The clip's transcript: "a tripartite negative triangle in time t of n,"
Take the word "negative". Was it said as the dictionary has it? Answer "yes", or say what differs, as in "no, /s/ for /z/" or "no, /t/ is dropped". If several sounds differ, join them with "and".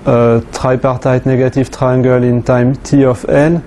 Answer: no, /f/ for /v/